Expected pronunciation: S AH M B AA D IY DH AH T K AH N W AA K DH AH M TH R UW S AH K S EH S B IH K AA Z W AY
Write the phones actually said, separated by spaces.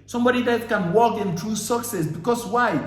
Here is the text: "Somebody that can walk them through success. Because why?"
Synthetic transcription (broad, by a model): S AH M B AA D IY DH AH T K AH N W AA K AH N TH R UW S AH K S EH S B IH K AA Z W AY